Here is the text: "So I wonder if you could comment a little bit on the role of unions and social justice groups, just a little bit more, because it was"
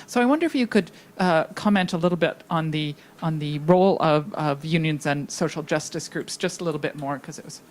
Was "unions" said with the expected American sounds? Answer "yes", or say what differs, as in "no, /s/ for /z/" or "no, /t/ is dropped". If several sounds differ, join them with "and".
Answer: yes